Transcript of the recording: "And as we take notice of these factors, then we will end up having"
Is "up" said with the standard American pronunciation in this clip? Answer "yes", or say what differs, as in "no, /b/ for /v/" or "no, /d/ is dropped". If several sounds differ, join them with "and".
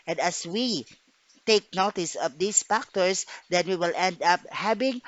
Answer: yes